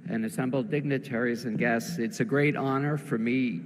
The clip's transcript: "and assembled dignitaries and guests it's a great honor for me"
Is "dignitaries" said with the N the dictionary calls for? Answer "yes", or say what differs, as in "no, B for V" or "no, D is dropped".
yes